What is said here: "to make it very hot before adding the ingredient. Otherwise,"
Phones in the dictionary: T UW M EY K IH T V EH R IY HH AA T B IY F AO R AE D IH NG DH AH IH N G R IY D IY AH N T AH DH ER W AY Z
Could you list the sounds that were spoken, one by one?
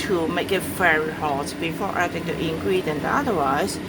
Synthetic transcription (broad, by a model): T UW M EY K IH T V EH R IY HH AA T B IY F AO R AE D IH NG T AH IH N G R IY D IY N AA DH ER W AY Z